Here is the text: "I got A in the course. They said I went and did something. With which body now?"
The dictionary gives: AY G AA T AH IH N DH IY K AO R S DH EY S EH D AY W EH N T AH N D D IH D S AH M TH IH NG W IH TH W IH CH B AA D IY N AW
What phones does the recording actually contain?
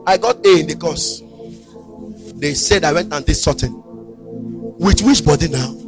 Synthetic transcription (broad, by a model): AY G AA T AH IH N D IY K AO S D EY S EH D AY W EH N T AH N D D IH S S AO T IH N W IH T W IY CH B AA D IY N AW